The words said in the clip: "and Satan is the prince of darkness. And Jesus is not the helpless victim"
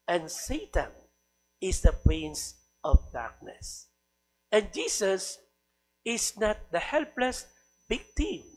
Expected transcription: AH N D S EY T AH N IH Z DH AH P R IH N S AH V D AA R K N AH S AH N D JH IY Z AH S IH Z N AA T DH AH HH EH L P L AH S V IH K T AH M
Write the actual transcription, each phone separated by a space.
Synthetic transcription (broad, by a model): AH N S EY T AH N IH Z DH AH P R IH N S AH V D AA R K N AH S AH N JH IY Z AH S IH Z N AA T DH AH HH EH L P L AH S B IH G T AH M